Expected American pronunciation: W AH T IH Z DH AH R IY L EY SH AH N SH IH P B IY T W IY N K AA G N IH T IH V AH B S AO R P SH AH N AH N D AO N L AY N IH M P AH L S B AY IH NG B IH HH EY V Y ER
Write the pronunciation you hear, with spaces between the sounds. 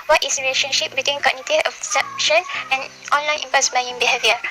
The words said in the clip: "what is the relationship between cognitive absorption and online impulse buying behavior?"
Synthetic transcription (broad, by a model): W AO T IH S R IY L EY SH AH N SH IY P B IY T W IY N K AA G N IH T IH AH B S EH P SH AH N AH N AO N L AY N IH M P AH S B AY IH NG B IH HH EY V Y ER